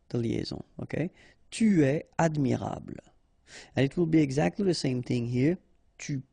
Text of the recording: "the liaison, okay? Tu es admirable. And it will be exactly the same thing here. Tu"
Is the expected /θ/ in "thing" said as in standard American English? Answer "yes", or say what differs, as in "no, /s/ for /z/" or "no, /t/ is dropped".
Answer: yes